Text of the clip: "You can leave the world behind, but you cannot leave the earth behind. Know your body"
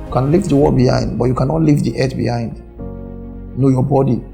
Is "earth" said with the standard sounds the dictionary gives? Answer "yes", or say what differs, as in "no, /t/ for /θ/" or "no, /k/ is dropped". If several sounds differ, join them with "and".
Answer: no, /t/ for /θ/